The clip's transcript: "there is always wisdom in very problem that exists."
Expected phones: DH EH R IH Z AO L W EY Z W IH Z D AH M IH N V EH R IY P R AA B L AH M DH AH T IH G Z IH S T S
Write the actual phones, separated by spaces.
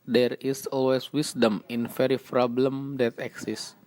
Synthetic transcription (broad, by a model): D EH R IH S AO L W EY S W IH S D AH M IH N F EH R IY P R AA B L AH M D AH T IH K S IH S S